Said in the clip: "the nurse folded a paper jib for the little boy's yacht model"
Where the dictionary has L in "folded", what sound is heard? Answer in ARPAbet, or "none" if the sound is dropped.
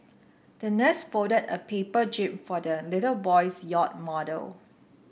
none